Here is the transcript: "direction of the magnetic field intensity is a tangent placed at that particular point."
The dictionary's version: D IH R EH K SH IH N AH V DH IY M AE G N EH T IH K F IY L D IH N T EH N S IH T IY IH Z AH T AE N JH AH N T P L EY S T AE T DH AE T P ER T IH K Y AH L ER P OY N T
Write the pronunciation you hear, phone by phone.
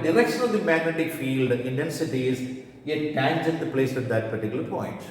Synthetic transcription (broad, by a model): D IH R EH K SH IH N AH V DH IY M AE G N EH T IH K F IY L D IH N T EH N S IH T IY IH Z AH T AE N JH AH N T P L EY S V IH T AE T P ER T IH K Y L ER P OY N T